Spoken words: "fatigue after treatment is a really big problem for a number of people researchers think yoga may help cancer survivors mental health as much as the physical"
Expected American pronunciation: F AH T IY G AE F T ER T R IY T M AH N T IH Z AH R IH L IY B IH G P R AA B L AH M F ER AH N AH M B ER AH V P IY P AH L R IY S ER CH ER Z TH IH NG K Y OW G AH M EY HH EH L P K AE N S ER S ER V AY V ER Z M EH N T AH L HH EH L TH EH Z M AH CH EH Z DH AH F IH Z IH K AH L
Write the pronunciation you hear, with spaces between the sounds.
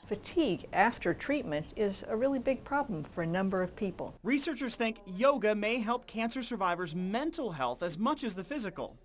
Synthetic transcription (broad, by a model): F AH T IY G AE F T ER T R IY T M AH N T IH Z AH R IH L IY B IH G P R AA B L AH M F ER AH N AH M B ER AH V P IY P L R IY S ER CH ER Z TH IH NG K Y OW G AH M EY HH EH L P K AE N S ER S ER V AY V ER Z M EH N T L HH EH L TH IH Z M AH CH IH Z DH AH F IH Z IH K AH L